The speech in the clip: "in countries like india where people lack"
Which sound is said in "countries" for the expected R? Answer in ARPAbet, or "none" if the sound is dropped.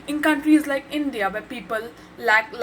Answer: R